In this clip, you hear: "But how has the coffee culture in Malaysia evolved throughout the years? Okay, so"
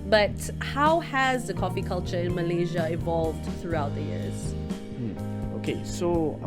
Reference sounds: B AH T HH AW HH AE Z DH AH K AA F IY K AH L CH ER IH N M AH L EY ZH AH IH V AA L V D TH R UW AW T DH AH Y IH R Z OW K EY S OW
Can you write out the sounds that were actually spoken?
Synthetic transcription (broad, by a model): B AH T HH AW HH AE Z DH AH K AA F IY K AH L CH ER IH N M AH L EY ZH AH IH V AA L V D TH R UW AW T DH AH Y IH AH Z OW K EY S OW